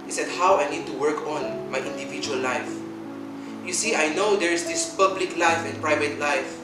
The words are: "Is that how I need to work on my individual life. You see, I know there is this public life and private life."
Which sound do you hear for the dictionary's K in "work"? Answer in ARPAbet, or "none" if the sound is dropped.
K